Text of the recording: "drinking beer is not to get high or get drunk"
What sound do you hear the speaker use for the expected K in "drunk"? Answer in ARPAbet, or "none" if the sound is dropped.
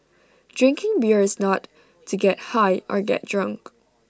K